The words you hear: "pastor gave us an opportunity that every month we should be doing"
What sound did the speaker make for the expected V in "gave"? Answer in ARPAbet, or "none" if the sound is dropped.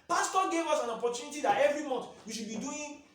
W